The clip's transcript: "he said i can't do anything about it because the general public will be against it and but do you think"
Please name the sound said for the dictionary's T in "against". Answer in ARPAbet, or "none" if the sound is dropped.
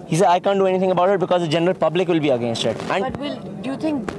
T